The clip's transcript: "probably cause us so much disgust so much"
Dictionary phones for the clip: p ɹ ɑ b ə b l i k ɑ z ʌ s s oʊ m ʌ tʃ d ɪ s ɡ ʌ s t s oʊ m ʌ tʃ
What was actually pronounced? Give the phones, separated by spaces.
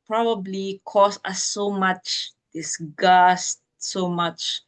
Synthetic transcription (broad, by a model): p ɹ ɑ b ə b l i k ɑ s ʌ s s oʊ m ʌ tʃ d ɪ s ɡ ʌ s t s oʊ m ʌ tʃ